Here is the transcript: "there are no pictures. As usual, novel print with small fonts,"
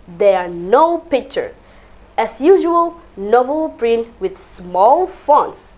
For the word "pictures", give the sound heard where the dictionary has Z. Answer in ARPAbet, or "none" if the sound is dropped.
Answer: none